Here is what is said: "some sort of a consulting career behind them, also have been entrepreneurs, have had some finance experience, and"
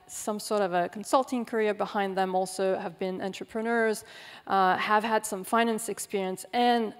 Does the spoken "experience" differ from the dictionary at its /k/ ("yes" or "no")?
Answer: no